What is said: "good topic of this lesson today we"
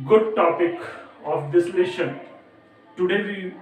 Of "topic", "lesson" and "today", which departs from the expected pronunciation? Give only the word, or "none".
lesson